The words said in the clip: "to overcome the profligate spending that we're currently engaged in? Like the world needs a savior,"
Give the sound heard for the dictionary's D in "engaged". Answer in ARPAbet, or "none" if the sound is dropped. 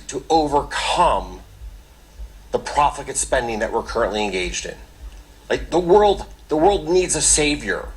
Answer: D